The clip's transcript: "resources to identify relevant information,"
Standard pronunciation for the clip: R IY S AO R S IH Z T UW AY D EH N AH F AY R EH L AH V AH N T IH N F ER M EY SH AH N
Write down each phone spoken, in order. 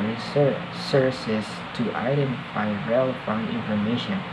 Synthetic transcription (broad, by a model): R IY S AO R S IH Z T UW AY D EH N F AY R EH L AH F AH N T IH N F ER M EY SH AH N